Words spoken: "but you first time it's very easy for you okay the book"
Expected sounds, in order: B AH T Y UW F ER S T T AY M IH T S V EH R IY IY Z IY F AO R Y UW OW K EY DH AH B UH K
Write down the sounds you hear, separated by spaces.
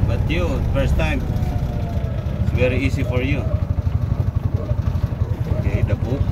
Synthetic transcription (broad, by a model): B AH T Y UW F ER S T T AY M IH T S V EH R IY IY S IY F AO R Y UW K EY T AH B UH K